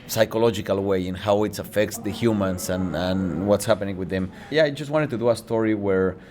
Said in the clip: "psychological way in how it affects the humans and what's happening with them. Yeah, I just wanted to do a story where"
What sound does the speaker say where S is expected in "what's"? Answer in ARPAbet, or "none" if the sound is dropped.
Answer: S